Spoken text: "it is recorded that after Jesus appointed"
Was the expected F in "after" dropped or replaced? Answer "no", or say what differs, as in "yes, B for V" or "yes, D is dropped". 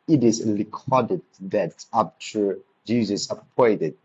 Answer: yes, P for F